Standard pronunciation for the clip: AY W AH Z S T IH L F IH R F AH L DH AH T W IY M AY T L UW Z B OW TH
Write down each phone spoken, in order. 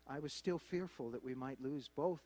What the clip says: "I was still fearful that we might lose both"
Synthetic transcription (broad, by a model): AY W AH Z S T IH L F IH R F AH L DH AH T W IY M AY T L UW Z B OW TH